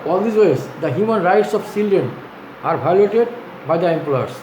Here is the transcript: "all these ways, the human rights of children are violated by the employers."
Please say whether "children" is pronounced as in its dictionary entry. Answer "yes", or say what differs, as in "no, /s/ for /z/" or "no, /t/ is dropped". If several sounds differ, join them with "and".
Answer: no, /ɹ/ is dropped